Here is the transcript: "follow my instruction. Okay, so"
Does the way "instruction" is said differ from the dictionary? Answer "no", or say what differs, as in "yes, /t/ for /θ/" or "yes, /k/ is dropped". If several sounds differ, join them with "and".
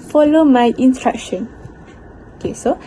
yes, /s/ is dropped